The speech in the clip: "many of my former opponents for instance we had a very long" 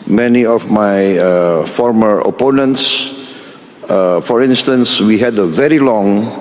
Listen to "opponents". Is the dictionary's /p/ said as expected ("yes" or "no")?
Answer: yes